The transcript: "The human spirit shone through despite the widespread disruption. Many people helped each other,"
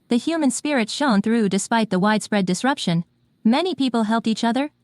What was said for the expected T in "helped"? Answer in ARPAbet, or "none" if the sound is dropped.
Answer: T